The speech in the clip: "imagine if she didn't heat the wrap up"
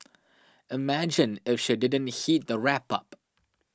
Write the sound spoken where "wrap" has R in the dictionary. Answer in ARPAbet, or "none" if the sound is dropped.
R